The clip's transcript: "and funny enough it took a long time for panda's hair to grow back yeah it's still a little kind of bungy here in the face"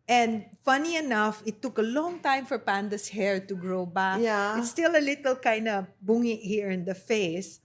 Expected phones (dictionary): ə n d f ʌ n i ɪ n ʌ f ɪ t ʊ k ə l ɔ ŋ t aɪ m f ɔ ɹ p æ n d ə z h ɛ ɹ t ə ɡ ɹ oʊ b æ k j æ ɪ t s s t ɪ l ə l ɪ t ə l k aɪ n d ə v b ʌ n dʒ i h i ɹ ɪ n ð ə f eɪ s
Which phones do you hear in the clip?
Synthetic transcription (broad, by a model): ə n d f ʌ n i ɪ n ʌ f ɪ t ʊ k ə l ɔ ŋ t aɪ m f ɔ ɹ p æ n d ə s h ɛ ɹ t ə ɡ ɹ oʊ b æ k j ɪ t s s t ɪ l ə l ɪ t ə l k aɪ n d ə b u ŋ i h i ɹ ɪ n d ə f eɪ s